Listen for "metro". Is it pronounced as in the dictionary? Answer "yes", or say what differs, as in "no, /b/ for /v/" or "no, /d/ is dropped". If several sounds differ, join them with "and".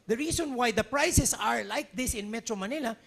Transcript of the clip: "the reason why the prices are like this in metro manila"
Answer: yes